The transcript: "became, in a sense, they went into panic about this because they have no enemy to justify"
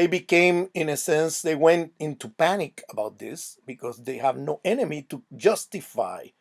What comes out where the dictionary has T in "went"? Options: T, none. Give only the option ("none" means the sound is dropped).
T